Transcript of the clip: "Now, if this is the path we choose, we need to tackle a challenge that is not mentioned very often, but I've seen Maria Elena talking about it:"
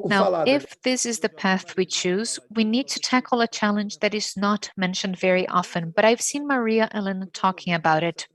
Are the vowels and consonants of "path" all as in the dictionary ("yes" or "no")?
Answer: yes